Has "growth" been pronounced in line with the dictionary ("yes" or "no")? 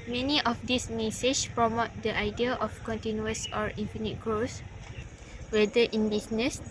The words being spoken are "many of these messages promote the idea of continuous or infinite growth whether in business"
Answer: no